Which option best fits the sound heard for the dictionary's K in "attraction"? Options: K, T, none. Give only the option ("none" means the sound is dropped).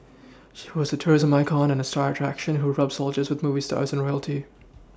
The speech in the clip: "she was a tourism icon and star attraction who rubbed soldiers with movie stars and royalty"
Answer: K